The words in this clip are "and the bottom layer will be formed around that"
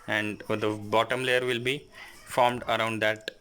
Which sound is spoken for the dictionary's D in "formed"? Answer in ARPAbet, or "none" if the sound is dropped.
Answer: D